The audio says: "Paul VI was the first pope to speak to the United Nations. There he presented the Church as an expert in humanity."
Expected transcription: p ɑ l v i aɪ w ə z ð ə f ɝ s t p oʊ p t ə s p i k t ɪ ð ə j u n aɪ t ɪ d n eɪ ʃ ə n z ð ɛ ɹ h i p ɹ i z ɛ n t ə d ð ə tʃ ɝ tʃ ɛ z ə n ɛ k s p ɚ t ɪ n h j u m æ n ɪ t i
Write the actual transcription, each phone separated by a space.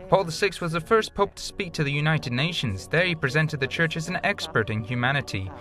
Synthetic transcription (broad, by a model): p ɑ l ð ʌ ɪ w ə z ð ə f ɝ s p oʊ p t ə s p i k t ɪ ð ə j u n aɪ t ɪ d n eɪ ʃ ə n z ð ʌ ɹ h i p ɹ i z ɛ n t ə d ð ə tʃ ɝ tʃ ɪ z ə n ɛ k s p ɚ t ɪ n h j u m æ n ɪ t i